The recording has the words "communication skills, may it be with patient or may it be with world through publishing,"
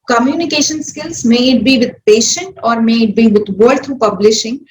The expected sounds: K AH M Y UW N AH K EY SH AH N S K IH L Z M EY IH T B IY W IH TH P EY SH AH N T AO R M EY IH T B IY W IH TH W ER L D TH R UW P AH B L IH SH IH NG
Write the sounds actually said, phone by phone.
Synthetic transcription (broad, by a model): K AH M Y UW N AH K EY SH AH N S K IH L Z M EY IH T B IY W IH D P EY SH AH N T AO R M EY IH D B IY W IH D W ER D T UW P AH B L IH SH IH NG